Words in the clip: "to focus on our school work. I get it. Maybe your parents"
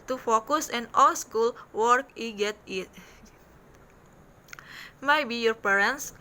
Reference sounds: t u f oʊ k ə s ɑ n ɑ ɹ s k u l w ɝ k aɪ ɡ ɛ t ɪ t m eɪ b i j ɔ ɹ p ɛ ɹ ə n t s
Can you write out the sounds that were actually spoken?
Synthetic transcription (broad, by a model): t u f oʊ k ə s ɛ n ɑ l s k u l w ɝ k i ɡ ɛ t ɪ t m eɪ b i j ɔ ɹ p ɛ ɹ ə n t s